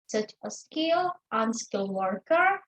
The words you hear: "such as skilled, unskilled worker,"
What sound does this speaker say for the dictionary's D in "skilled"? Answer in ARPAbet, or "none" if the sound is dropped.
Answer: none